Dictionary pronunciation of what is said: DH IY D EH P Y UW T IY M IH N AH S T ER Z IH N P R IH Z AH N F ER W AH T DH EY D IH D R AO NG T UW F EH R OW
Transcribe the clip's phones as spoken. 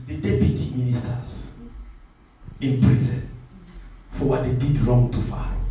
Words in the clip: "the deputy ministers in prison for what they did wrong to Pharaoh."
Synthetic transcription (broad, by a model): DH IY D EH P Y UW T IY M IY N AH S T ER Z IH N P R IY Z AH N F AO W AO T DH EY D IH D L AO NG T UW F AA